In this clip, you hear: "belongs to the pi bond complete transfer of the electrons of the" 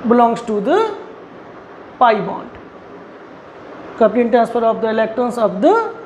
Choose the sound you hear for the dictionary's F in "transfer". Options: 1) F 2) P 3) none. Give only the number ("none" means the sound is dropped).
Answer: 2